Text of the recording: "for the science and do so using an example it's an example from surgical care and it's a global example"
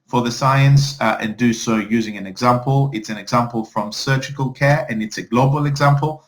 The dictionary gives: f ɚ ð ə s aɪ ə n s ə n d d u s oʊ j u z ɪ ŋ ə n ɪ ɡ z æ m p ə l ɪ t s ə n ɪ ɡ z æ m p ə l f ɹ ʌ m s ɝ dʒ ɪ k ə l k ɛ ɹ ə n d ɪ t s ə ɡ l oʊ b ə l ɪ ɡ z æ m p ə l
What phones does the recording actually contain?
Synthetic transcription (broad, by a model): f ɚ ð ə s aɪ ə n s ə n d d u s oʊ j u z ɪ ŋ ə n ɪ ɡ z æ m p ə l ɪ t s ə n ɪ ɡ z æ m p ə l f ɹ ʌ m s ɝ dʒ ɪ k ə l k ɛ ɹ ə n ɪ t s ə ɡ l oʊ b ə l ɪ ɡ z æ m p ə l